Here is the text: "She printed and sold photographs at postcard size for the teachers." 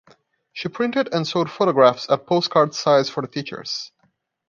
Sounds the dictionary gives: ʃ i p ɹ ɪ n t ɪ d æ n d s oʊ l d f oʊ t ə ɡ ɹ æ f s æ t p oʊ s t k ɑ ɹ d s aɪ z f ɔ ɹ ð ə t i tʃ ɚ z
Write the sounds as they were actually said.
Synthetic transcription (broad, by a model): ʃ i p ɹ ɪ n t ɪ d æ n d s oʊ d f oʊ t ə ɡ ɹ æ f s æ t p oʊ s t k ɑ ɹ d s aɪ z f ɔ ɹ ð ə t i tʃ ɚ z